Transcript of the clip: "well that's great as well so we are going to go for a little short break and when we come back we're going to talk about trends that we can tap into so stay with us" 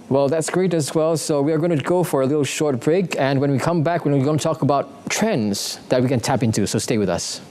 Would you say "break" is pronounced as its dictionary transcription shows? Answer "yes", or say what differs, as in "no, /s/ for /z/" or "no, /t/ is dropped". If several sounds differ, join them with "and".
yes